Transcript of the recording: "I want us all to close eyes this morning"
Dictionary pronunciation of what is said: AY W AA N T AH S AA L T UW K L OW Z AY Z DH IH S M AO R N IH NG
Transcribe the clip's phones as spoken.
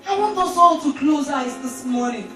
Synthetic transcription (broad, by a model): AY W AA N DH AH S AA L T UW K L OW Z AY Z DH IH S M AO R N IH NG